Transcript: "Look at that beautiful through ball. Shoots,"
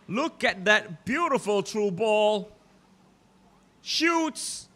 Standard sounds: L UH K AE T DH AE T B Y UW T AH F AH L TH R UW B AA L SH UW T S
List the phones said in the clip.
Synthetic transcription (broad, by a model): L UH K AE T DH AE T B Y UW T AH F AH L T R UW B AA L SH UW T S